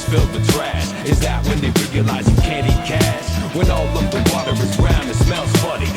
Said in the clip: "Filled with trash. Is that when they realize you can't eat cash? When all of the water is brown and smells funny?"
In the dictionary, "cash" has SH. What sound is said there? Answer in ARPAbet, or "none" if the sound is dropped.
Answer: S